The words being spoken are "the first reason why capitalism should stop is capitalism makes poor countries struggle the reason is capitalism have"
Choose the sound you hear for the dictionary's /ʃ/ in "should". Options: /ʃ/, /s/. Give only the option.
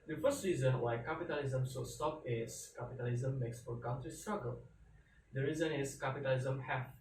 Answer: /s/